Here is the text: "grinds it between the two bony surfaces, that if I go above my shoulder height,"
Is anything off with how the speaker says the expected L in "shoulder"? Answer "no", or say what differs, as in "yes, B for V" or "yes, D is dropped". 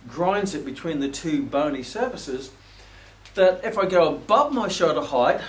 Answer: yes, L is dropped